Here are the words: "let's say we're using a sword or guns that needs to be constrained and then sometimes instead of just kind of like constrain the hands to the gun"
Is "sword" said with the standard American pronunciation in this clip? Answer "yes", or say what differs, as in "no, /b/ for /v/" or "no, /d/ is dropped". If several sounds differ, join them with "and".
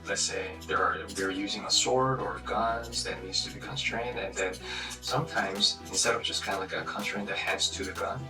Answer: yes